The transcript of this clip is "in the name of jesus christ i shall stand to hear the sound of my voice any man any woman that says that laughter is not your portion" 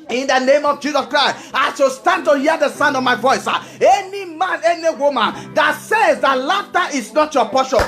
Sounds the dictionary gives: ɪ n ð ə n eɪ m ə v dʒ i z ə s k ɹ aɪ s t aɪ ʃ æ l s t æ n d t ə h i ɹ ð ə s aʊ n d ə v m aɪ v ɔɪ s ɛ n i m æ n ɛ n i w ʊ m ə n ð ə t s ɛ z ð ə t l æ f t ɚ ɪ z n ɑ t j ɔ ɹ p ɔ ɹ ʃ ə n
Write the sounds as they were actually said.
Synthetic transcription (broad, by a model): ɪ n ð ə n eɪ m ə v dʒ i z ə s k ɹ aɪ s t aɪ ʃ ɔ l s t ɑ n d t ə h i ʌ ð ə s aʊ n d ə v m aɪ v ɔɪ s ɛ n i m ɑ n ɛ n i w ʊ m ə n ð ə t s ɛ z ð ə t l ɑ f t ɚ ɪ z n ɑ t j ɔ p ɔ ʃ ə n